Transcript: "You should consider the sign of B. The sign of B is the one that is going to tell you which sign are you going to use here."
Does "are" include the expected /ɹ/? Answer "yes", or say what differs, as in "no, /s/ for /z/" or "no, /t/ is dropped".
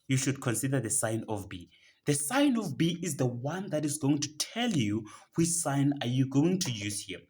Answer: yes